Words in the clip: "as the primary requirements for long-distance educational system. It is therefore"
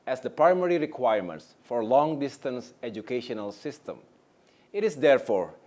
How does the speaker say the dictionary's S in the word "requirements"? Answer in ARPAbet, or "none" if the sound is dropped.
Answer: S